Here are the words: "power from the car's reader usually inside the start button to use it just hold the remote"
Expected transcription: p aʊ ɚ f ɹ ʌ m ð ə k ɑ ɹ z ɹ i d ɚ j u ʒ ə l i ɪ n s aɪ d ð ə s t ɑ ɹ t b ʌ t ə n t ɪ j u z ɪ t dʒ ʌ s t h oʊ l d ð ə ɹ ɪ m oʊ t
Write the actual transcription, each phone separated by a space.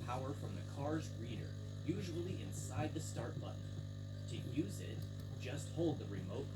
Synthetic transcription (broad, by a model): p aʊ ɚ f ɹ ʌ m ð ə k ɑ ɹ z ɹ i d ɚ j u ʒ ə l i ɪ n s aɪ d ð ə s t ɑ ɹ t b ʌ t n t ɪ j u z ɪ t dʒ ʌ s t h oʊ l d ð ə ɹ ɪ m oʊ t